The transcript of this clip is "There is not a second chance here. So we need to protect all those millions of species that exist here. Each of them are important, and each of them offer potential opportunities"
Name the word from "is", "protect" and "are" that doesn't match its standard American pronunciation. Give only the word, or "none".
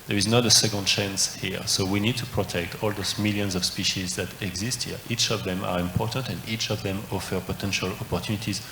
none